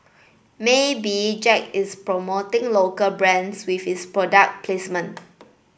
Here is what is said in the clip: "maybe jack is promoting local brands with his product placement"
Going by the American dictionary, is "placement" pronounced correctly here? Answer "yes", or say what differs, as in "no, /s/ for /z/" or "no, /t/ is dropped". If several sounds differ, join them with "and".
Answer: no, /t/ is dropped